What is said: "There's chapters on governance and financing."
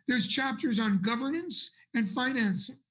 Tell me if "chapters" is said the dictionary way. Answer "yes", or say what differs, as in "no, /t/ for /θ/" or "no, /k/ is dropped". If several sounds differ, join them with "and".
yes